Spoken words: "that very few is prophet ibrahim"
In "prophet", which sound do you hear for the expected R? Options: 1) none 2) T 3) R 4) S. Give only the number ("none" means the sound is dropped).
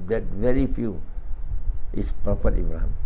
1